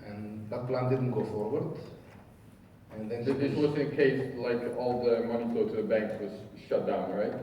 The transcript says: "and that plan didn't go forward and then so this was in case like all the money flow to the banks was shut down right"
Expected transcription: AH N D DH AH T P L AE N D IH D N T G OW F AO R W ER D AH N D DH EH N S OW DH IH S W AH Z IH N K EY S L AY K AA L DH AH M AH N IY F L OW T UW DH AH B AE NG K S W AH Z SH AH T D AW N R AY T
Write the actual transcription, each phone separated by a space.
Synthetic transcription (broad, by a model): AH N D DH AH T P L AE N D IH D N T G OW F AO R W ER D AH N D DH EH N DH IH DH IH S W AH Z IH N K EY S L AY K AA L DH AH M AH N IY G OW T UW DH AH B AE NG K S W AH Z SH AH T D AW N R AY T